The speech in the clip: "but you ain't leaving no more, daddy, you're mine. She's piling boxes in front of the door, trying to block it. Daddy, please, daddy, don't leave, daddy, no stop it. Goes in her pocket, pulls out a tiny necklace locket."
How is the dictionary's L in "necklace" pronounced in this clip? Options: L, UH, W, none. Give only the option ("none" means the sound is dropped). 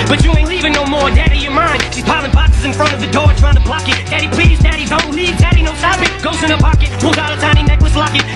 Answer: W